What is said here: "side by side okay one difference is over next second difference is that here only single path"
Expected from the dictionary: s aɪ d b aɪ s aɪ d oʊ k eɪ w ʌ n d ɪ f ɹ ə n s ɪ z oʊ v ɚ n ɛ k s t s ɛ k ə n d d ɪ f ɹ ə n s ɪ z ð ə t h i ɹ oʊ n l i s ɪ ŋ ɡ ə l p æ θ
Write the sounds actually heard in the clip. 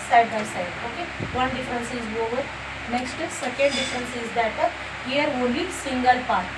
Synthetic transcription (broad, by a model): s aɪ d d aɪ s aɪ d oʊ k eɪ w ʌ n d ɪ f ɹ ə n s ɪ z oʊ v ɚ n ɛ k s t s ɛ k ə n d d ɪ f ɹ ə n s ɪ z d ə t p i ɹ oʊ l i s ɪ ŋ ɡ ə l p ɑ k